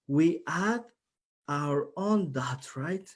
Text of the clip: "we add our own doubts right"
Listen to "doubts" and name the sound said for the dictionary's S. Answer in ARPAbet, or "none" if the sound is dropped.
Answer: none